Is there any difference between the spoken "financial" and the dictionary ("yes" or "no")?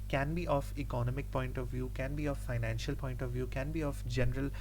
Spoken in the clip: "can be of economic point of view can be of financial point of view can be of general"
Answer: no